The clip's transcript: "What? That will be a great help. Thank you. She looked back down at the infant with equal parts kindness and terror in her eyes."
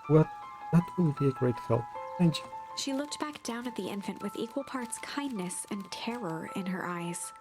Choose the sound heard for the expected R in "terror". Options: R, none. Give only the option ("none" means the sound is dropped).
R